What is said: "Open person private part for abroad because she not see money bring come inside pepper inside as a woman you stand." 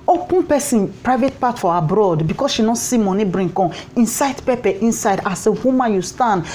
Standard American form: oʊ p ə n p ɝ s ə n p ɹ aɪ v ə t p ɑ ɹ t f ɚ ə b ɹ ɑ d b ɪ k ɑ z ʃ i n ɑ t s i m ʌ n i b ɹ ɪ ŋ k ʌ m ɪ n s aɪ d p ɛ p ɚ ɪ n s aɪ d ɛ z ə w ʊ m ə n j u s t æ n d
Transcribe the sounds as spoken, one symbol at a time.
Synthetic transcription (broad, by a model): oʊ p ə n p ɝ s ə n p ɹ aɪ v ə t p ɑ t f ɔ ə b ɹ ɑ d b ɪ k ɑ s ʃ i n ɑ t s i m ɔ n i b ɹ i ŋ k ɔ ɪ n s aɪ d p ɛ p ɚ ɪ n s aɪ d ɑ s ə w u m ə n j u s t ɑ n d